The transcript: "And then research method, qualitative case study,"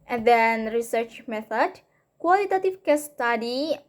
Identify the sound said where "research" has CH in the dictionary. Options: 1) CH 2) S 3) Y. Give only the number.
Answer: 1